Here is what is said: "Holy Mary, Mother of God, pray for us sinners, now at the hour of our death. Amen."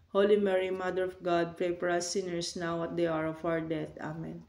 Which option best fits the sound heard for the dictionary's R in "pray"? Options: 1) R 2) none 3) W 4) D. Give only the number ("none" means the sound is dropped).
2